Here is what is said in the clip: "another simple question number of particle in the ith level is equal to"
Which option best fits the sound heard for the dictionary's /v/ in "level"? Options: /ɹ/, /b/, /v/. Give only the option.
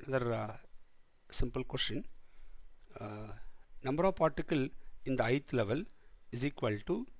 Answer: /v/